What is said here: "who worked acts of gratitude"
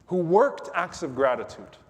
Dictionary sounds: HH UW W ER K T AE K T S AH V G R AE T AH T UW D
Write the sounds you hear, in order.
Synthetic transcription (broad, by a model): HH UW W ER K T AE K T S AH V G R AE T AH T UW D